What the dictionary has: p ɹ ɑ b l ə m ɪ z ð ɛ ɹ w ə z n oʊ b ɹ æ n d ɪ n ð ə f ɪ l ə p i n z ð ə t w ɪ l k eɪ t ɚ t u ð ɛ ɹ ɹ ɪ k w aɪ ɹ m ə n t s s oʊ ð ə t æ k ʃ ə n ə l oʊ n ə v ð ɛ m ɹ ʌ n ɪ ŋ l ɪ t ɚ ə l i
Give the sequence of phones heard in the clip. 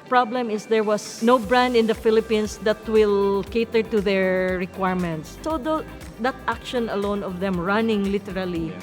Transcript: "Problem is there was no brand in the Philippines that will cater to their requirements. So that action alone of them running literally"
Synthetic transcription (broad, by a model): p ɹ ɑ b l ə m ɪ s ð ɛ ɹ w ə s n oʊ b ɹ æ n d ɪ n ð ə f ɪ l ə p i n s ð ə t w ɪ l k eɪ t ɚ t u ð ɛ ɹ ɹ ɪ k w aɪ ɹ m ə n t s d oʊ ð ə t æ k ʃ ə n ə l oʊ n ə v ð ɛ m ɹ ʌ n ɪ ŋ l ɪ t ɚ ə l i